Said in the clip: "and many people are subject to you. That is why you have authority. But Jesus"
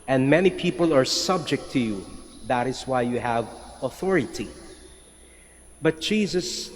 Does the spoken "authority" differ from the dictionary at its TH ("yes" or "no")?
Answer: no